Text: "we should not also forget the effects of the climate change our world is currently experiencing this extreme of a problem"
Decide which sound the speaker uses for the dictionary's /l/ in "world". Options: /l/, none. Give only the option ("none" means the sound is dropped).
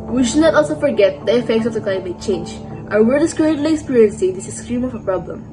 none